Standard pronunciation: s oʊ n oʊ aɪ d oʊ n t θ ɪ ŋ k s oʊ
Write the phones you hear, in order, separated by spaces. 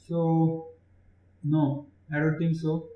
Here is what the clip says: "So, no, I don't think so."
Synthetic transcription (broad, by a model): s oʊ n oʊ aɪ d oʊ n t t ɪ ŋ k s oʊ